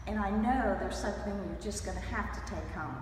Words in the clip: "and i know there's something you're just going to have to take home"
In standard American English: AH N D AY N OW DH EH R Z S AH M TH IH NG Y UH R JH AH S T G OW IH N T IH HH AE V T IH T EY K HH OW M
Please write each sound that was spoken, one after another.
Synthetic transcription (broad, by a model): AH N AY N OW DH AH R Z S AH M TH IH NG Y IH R JH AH S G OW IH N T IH HH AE F T IH T EY K HH OW M